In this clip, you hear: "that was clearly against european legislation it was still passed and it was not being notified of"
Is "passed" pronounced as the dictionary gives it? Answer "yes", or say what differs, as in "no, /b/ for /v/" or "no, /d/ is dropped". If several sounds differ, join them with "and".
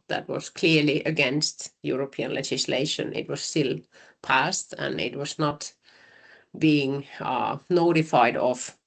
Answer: yes